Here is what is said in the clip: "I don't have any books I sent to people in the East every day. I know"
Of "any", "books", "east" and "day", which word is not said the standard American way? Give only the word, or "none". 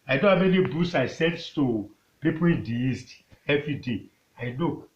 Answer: books